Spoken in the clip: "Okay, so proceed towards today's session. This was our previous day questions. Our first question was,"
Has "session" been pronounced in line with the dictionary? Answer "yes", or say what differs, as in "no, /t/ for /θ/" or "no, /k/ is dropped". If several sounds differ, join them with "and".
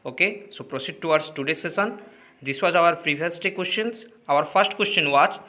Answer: no, /s/ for /ʃ/